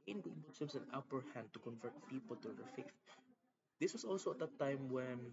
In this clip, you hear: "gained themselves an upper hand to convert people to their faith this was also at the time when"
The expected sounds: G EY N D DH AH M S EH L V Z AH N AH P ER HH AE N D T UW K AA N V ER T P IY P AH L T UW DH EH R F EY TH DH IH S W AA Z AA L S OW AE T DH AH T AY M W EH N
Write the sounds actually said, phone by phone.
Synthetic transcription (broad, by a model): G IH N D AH S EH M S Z AH N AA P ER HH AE N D T UW K AA N V ER T P IY P AH L T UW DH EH R F EY TH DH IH S W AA S AA L S OW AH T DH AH T AY M W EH N